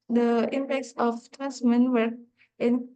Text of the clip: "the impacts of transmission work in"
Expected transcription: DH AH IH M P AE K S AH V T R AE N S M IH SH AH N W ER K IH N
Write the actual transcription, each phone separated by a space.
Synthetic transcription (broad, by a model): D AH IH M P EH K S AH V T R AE N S M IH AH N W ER IH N